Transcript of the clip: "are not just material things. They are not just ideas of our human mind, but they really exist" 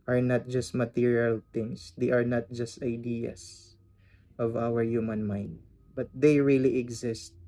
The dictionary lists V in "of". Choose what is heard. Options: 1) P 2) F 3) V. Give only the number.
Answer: 3